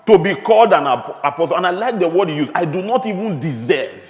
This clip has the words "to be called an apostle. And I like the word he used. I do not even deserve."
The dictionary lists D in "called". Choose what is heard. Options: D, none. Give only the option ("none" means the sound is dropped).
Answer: D